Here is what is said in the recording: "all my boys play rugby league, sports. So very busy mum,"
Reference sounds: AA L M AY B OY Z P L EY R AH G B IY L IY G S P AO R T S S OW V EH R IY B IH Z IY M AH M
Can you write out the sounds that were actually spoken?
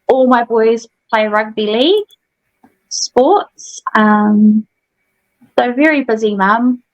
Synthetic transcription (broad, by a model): AA L M AY B OY Z P L EY R AH G B IY L IY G S P AO T S S OW V EH R IY B IH Z IY M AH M